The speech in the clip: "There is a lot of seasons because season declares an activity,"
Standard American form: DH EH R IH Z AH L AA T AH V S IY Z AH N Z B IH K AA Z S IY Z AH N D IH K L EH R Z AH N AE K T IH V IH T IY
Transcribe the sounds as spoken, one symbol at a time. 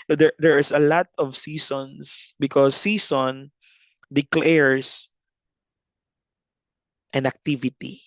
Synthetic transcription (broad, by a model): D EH R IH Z AH L AA T AH V S IY S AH N S B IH K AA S IY S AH N D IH K L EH R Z AH N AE K T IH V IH T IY